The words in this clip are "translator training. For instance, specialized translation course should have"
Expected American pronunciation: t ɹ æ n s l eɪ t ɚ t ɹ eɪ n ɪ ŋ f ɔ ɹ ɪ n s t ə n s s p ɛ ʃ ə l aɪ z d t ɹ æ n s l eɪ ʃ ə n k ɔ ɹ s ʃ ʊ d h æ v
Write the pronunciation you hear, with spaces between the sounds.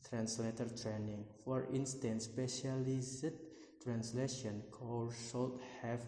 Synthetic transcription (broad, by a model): t ɹ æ n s l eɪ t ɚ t ɹ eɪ n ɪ ŋ f ɔ ɹ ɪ n s t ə n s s p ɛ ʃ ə l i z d t ɹ æ n s l eɪ ʃ ə n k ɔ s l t h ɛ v